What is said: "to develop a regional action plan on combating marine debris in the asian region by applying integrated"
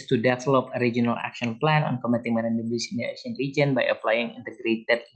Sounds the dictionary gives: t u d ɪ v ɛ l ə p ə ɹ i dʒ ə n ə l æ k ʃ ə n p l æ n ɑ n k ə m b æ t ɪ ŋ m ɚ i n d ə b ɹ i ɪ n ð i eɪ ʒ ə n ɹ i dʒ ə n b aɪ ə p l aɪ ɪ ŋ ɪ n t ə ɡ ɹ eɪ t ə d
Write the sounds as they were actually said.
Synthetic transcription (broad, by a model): t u d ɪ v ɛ l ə p ə ɹ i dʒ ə n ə l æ k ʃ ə n p l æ n ɑ n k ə m ɛ t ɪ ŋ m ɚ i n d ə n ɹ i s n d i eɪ s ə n ɹ i dʒ ə n b aɪ ə p l aɪ ɪ ŋ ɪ n t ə ɡ ɹ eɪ t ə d